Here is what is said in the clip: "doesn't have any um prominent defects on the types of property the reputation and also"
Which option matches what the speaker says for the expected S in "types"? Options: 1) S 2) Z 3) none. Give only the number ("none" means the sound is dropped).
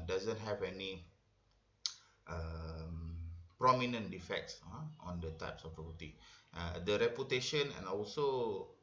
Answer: 1